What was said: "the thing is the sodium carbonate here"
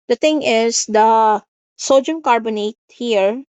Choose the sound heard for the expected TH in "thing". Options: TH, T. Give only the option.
T